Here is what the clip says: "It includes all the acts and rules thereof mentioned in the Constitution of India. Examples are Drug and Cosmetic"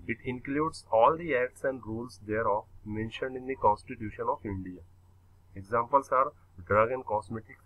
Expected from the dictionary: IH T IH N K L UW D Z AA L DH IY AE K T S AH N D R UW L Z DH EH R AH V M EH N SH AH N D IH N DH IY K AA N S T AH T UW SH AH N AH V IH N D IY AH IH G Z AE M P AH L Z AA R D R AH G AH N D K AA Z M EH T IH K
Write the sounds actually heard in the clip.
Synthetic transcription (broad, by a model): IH T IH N K L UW D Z AA L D IY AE K T S AH N D R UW L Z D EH R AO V M EH N SH AH N D IH N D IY K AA N S T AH T UW SH AH N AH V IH N D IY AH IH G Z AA M P AH L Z AA R D R AH G AH N D K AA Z M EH T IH K